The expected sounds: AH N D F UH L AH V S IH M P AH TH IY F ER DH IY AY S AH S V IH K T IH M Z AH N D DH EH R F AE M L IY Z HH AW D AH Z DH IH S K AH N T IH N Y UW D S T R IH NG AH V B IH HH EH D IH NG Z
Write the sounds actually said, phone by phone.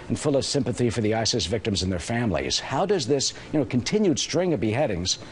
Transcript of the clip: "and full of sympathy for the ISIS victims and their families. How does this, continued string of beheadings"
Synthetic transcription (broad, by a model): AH N F UH L AH V S IH M P AH TH IY F ER DH IY AY S AH S V IH K T IH M Z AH N DH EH R F AE M L IY Z HH AW D AH Z DH IH S K AH N T IH N Y UW D S T R IH NG AH V B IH HH EH D IH NG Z